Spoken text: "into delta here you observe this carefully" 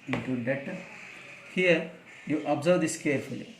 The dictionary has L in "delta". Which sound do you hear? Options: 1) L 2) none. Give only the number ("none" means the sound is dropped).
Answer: 2